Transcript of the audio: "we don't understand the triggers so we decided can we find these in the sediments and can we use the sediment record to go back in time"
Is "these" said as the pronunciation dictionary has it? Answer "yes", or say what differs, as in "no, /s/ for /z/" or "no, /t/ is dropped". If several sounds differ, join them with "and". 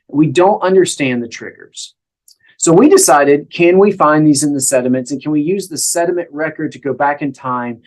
yes